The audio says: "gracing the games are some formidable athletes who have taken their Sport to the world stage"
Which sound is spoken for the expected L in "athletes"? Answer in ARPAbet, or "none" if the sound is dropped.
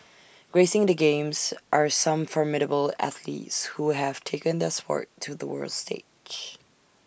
L